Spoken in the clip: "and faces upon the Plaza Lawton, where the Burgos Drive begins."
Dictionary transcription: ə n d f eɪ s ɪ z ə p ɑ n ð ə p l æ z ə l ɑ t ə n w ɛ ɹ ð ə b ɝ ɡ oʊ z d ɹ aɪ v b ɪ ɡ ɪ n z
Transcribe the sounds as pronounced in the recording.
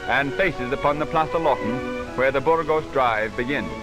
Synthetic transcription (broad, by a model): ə n f eɪ s ɪ z ə p ɑ n ð ə p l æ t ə l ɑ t n w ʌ ɹ ð ə b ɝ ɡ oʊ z d ɹ aɪ v b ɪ ɡ ɪ n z